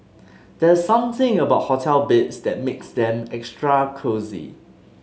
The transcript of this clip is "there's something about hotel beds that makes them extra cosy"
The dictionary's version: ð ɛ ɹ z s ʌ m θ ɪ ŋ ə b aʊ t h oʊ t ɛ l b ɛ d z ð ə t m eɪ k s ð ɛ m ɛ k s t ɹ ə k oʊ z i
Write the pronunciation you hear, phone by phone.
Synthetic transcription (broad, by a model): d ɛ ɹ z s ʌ m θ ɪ ŋ ə b aʊ t h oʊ t ɛ l b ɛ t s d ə t m eɪ k s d ɛ m ɛ k s t ɹ ə k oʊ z i